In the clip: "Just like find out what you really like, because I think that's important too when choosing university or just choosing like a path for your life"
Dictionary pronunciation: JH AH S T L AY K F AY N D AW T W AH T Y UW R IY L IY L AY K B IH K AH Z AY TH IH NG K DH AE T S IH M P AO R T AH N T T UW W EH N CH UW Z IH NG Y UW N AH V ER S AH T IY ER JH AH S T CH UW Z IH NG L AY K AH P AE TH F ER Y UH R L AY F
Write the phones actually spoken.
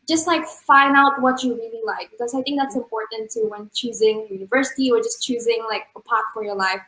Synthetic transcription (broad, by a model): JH AH S T L AY K F AY N D AW T W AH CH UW R IY L IY L AY K B IH K AH Z AY TH IH NG K DH AE T S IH M P AO R T N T T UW W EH N CH UW Z IH NG Y UW N AH V ER S AH T IY ER JH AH S CH UW Z IH NG L AY K AH P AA T F ER Y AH R L AY F